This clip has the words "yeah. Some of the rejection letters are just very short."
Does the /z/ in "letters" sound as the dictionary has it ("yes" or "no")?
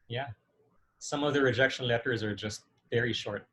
yes